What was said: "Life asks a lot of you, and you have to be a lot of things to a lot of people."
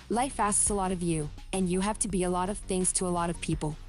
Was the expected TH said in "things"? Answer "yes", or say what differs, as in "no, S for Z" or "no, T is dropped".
yes